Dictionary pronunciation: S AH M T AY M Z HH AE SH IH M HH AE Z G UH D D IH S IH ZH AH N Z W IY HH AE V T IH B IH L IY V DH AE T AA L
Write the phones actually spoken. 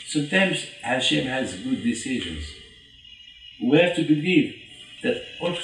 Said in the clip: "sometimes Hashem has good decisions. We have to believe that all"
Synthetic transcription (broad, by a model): S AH M T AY M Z HH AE SH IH M HH AE Z G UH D D IH S IH ZH AH N Z W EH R T IH B IH L IY V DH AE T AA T